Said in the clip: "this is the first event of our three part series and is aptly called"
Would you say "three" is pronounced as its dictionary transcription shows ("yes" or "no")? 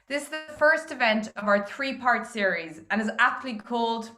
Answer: yes